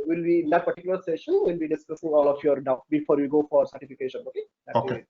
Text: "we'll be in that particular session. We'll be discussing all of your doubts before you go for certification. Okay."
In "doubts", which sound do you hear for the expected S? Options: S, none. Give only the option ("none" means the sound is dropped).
none